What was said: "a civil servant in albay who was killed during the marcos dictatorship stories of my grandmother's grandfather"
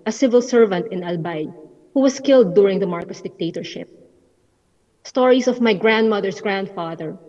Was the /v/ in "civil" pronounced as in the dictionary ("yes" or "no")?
yes